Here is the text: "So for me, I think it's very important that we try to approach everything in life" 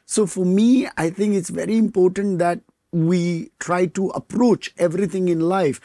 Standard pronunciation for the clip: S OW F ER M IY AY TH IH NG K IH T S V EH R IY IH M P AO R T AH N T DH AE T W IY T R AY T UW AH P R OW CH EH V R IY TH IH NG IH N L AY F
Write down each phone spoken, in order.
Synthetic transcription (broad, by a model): S OW F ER M IY AY T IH NG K IH T S V EH R IY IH M P AO R T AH N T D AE T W IY T R AY T UW AH P R OW CH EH V R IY T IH NG IH N L AY F